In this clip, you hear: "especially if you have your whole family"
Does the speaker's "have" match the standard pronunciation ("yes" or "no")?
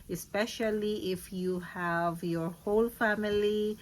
yes